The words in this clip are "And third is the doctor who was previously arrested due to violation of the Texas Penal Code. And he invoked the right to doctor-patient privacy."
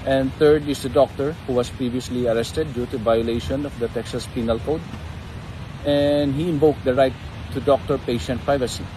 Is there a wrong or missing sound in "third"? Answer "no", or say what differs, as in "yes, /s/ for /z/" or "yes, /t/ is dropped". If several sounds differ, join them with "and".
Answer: yes, /t/ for /θ/